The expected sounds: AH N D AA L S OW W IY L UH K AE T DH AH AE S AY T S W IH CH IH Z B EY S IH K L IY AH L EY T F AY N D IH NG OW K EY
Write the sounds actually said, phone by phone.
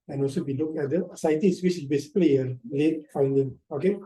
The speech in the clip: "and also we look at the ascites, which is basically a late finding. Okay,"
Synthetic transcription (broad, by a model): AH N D AA L S OW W IY L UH K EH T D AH S AY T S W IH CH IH B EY S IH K L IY AH L EY T F AY N D IH NG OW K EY